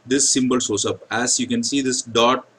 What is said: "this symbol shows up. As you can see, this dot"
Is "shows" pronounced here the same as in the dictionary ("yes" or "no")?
no